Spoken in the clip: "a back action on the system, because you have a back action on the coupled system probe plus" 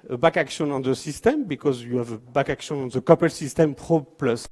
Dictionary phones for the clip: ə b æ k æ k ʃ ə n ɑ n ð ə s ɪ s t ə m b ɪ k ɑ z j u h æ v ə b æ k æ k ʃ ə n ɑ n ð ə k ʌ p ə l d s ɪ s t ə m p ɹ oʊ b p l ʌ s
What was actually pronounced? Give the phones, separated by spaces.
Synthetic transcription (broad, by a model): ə b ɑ k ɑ k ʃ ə n ɑ n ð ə s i s t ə m b ɪ k ɑ z j u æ v ə b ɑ k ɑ k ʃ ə n ɑ n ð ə k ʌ p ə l s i s t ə m p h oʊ p l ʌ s